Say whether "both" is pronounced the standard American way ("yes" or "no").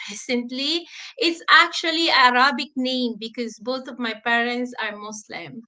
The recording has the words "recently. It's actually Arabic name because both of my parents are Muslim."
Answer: no